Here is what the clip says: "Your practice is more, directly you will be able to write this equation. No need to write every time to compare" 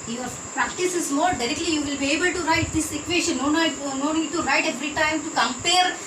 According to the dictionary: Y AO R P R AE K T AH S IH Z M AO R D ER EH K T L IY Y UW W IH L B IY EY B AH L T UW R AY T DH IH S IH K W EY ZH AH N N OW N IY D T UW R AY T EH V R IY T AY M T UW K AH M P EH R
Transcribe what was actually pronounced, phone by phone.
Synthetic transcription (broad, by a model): Y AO R P R AE K T AH S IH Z M AO R D ER EH K T L IY Y UW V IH L B IY EY B AH L T UW R AY T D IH S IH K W EY SH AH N N OW N IY D T UW R AY T EH V R IY T AY M T UW K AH M P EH R